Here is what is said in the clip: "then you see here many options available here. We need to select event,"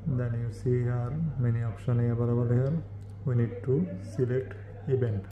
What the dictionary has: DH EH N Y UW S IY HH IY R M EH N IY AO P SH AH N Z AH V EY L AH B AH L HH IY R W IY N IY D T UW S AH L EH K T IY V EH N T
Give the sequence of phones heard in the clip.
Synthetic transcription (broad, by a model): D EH N Y UW S IY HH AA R M EH N IY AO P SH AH N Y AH B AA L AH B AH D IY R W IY N IY D T UW S AH L EH K T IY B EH N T